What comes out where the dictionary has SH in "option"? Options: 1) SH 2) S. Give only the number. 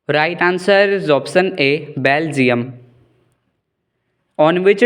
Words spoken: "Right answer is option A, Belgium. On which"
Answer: 2